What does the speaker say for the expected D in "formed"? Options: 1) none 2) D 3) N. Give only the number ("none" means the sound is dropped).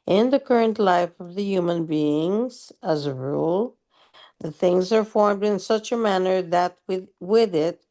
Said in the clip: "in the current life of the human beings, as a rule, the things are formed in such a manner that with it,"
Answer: 2